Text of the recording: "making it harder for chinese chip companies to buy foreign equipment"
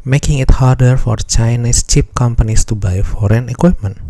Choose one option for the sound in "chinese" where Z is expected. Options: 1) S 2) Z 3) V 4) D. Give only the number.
1